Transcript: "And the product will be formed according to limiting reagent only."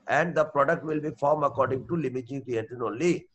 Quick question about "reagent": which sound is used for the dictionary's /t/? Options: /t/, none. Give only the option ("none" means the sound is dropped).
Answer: none